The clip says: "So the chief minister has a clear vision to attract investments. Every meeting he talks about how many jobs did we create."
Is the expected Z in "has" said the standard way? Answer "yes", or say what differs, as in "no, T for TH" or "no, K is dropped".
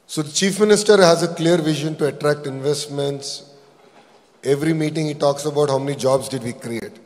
yes